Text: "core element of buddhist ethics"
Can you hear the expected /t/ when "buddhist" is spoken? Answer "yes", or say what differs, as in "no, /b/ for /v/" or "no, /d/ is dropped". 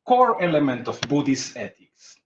no, /t/ is dropped